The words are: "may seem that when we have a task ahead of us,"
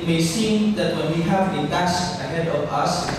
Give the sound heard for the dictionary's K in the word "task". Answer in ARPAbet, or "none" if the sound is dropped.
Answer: none